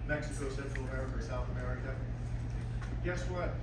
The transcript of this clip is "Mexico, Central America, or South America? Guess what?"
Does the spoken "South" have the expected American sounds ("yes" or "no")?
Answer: yes